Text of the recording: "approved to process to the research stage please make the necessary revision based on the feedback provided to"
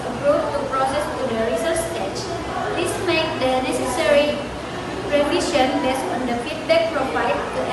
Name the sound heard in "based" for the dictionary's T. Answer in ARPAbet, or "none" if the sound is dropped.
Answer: none